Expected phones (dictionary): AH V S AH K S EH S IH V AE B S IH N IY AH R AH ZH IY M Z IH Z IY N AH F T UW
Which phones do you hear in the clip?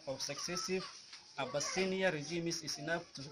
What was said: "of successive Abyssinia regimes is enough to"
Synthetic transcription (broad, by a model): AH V S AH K S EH S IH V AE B S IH N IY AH R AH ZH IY M S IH S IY N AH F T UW